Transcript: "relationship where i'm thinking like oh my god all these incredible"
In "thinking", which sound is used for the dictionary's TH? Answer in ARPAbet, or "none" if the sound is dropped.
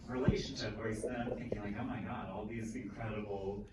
TH